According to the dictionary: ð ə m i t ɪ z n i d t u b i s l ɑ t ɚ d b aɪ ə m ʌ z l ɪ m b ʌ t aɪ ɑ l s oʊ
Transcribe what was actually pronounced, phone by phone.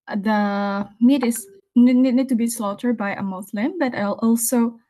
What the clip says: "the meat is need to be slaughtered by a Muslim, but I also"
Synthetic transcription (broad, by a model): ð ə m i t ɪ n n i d t u b i s l ɑ t ɚ d b aɪ ə m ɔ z l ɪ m b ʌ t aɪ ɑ l s oʊ